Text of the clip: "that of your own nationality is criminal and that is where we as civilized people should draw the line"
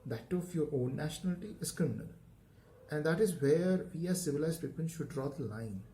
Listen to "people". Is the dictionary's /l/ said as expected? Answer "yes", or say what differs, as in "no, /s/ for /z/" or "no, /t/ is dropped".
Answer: no, /n/ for /l/